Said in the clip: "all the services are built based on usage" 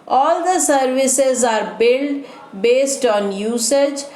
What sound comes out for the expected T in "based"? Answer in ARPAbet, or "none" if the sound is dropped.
T